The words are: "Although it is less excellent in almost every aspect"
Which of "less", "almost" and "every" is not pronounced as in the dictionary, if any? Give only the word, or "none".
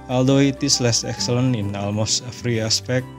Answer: every